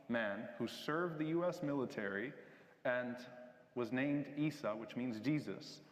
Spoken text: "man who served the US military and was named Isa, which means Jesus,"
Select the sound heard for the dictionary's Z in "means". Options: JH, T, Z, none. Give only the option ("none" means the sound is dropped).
Z